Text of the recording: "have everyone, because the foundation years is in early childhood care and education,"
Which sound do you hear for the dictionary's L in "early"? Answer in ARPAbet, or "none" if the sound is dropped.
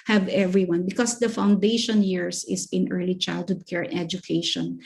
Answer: L